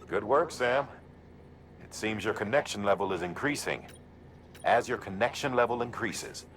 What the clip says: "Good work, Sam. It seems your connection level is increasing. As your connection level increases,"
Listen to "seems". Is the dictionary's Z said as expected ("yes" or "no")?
yes